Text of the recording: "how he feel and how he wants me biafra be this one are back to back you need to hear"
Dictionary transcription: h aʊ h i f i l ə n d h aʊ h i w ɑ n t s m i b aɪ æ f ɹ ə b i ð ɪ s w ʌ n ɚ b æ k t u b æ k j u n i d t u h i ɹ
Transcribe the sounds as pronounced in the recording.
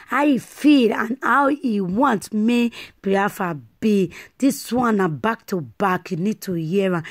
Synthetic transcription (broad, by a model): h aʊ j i f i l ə n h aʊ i w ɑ n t m i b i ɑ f ə b i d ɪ s w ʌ n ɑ b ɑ k t u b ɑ k j u n i d t u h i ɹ